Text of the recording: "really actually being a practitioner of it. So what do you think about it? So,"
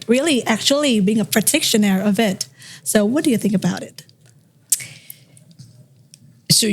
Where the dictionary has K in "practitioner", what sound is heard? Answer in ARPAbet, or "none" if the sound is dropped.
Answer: none